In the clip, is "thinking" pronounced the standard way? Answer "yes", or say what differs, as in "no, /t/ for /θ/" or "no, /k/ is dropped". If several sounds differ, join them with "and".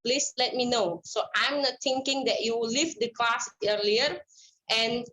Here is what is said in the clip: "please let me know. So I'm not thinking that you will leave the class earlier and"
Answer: no, /t/ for /θ/